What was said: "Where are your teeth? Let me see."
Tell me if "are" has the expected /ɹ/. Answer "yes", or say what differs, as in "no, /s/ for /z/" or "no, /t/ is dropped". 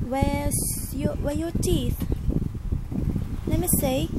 no, /w/ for /ɹ/